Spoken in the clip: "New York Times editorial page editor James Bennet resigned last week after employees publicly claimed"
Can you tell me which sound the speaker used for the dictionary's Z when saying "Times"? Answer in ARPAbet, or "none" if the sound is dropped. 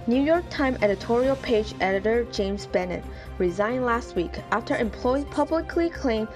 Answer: none